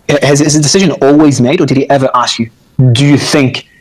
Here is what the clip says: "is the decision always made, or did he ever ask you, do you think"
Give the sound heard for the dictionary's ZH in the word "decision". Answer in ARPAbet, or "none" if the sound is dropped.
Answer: ZH